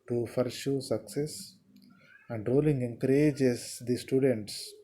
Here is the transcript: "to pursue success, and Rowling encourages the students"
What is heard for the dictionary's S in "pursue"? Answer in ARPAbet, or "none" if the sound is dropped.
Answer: SH